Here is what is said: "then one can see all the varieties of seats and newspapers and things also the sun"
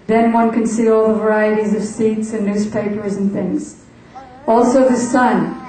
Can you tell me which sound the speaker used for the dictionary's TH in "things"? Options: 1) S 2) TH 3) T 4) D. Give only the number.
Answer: 2